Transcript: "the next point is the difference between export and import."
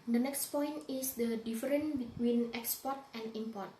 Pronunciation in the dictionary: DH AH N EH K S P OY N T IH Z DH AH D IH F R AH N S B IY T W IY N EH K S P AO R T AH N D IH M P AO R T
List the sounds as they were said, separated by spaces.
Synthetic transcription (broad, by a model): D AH N EH K S P OY N T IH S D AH D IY F R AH N B IY T W IY N EH K S P AO R T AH N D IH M P AO R T